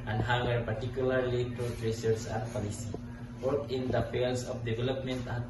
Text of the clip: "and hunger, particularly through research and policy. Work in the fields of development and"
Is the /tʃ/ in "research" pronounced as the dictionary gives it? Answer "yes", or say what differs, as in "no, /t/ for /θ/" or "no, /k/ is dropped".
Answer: no, /s/ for /tʃ/